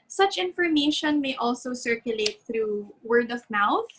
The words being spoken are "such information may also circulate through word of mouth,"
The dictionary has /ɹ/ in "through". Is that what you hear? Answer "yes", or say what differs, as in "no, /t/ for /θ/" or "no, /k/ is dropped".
yes